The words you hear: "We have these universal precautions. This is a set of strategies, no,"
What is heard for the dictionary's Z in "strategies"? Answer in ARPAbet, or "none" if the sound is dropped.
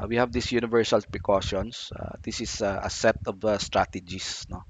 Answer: S